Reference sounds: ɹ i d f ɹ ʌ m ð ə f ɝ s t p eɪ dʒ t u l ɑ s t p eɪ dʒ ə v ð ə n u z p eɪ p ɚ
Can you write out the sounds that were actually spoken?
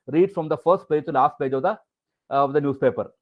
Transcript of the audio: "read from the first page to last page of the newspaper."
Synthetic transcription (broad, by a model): ɹ i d f ɹ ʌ m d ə f ɝ s t p eɪ dʒ t u l ɑ s t p eɪ dʒ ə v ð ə n u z p eɪ p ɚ